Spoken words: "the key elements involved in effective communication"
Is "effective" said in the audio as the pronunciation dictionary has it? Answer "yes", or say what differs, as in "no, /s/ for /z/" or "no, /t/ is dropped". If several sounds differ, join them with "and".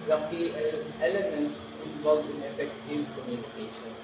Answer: no, /k/ is dropped